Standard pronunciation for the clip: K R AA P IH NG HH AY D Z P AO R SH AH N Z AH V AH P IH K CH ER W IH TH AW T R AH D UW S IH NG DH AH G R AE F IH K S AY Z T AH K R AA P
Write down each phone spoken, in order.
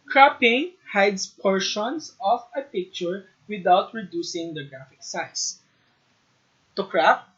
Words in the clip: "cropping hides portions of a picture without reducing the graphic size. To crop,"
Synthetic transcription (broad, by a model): K R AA P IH NG HH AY D S P AO R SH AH N S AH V AH P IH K CH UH W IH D AW T R AH D UW S IH NG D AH G R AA F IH K S AY S T AH K R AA P